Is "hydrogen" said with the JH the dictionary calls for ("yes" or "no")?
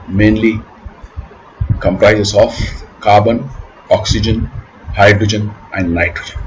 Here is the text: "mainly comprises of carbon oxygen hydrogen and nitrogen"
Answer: yes